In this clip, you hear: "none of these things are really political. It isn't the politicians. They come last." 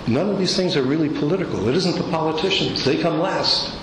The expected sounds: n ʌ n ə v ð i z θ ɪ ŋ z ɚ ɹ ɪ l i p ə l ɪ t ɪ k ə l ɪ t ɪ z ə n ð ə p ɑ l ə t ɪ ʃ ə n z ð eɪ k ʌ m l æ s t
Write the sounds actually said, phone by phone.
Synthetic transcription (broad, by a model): n ʌ n ə v ð i z θ ɪ ŋ z ɚ ɹ ɪ l i p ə l ɪ t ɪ k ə l ɪ t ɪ z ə n ð ə p ɑ l ə t ɪ ʃ ə n z ð eɪ k ʌ m l æ s t